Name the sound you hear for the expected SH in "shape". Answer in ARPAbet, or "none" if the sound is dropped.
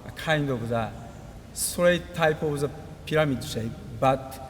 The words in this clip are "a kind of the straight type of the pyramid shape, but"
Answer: S